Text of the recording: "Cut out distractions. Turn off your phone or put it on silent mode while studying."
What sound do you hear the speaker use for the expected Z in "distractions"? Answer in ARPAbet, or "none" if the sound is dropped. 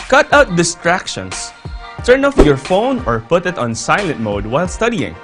S